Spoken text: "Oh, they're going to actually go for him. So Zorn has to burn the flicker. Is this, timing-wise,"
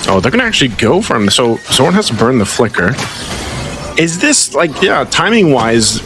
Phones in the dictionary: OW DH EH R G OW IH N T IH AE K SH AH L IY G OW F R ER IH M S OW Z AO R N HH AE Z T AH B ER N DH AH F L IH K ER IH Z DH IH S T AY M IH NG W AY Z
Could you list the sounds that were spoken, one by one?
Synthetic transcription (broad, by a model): OW DH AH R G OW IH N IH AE K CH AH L IY G OW F R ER IH M S OW S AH W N HH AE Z T AH B ER N DH AH F L IH K ER IH Z DH IH S T AY M IH NG W AY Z